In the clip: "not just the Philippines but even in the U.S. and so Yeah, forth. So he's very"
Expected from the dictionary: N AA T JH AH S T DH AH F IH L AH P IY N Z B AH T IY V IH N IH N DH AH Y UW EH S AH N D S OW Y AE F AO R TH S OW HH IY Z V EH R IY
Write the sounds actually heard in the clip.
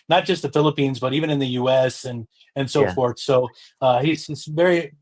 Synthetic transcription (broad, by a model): N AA T JH AH S T DH AH F IH L AH P IY N Z B AH T IY V IH N IH N DH AH Y UW EH S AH N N S OW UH F AO R TH S OW HH IY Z V EH R IY